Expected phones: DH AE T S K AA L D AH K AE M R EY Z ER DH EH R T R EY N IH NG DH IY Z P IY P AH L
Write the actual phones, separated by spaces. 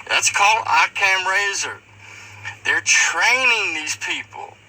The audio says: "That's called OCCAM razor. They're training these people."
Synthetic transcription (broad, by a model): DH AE T S K AA L D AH K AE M R EY Z ER DH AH R T R EY N IH NG DH IY Z P IY P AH L